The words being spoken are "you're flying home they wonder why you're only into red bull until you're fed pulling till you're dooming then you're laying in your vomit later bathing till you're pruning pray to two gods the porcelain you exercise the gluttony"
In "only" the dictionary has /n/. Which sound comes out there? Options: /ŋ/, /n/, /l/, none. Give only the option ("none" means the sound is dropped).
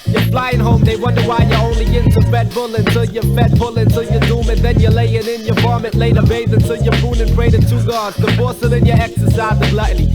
/n/